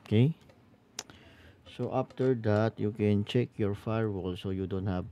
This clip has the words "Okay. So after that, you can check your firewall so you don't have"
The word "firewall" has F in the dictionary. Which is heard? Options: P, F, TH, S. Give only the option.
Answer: F